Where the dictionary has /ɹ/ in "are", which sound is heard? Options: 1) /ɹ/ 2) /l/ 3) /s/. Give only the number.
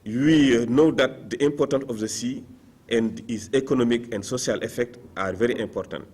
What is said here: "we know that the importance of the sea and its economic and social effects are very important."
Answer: 1